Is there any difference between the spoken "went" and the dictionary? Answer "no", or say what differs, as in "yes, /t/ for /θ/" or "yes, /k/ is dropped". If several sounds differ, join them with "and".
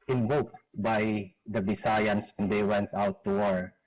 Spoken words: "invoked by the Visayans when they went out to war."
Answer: no